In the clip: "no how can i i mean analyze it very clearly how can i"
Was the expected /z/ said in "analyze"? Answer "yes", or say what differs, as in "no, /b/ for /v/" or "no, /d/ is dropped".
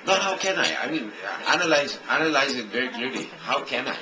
yes